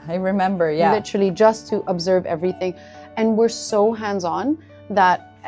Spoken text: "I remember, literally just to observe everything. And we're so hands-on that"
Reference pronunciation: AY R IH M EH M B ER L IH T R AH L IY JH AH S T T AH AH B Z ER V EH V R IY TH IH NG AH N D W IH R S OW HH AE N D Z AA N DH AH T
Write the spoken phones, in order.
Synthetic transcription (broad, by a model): AY R IH M EH M B ER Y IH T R L IY JH AH S T T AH AH B Z ER V EH V R IY TH IH NG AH N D W IH R S OW HH AE N D Z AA N DH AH T